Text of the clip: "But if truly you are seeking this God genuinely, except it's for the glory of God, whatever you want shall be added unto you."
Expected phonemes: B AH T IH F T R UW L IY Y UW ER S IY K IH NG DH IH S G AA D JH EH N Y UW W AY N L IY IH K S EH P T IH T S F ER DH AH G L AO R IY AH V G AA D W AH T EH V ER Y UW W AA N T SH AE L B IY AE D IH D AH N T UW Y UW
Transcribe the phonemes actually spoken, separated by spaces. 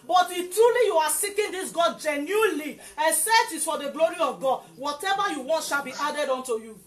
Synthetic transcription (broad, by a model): B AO T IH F T R UW L IY Y UW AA S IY K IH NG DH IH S G AA D JH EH N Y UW L IY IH S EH T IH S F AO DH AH G L AO R IY AH V G AA D W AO T EH V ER Y UW W AA N T SH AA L B IY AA D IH D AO N T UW Y UW